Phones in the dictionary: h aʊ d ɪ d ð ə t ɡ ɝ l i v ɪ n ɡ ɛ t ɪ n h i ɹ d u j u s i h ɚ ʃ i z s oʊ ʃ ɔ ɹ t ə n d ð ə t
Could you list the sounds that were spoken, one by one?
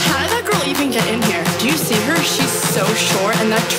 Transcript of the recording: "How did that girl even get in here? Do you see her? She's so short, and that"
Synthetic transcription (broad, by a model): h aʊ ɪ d ð ə t ɡ ɝ l i v ɪ n ɡ ɛ t ɪ n h i ɹ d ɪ j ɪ s i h ɚ ʃ i z s oʊ ʃ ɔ ɹ ə n ð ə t